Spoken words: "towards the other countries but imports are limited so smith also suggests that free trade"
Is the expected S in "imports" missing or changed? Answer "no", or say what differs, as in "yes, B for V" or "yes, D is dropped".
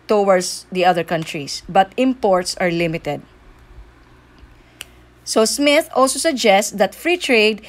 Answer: no